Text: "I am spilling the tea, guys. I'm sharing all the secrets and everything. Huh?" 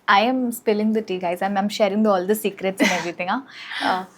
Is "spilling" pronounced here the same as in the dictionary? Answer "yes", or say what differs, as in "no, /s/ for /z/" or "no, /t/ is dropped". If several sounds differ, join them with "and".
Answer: yes